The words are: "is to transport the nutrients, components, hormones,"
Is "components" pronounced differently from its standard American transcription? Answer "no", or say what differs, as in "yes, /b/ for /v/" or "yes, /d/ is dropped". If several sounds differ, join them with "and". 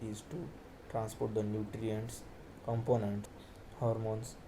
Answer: yes, /s/ is dropped